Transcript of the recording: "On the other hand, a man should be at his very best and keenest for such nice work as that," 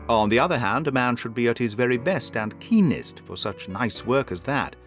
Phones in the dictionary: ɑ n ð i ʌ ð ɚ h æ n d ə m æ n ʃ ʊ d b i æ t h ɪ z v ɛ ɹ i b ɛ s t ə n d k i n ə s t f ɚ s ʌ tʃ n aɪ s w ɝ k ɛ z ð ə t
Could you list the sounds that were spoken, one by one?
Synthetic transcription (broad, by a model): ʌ n ð i ʌ ð ɚ h æ n d ə m æ n ʃ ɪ d b i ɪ t h ɪ z v ɛ ɹ i b ɛ s t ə n k i n ə s t f ɚ s ʌ tʃ n aɪ s w ɝ k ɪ z ð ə t